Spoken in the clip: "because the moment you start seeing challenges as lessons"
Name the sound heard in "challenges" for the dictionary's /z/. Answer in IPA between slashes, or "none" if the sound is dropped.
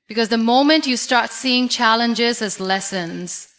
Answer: /z/